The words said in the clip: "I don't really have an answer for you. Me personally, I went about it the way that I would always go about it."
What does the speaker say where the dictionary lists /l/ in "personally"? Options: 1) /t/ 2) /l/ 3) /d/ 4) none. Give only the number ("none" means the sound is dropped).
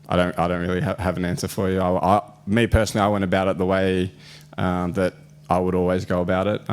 4